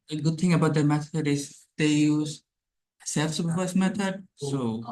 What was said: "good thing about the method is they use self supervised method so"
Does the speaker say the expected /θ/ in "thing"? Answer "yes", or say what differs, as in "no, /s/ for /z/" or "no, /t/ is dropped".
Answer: no, /t/ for /θ/